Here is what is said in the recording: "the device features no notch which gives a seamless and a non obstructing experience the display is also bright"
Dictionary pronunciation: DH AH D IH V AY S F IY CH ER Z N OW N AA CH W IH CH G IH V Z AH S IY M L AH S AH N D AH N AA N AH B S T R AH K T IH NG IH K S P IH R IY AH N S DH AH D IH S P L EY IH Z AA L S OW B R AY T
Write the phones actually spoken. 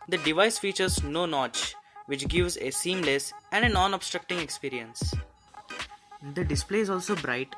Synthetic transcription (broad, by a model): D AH D IH V AY S F IY CH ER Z N OW N AA CH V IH CH G IH V Z AH S IY M L AH S AH N D AH N AA N AH B S T R AH K T IH NG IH K S P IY R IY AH N S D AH D IH S P L EY IH Z AA L S OW B R AY T